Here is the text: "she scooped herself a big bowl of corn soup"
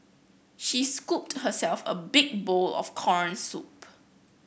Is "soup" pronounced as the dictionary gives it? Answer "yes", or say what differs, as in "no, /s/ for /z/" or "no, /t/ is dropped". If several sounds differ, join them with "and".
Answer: yes